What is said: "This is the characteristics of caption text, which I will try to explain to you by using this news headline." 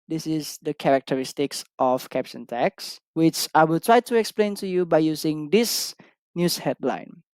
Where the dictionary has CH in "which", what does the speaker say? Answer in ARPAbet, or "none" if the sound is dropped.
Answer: CH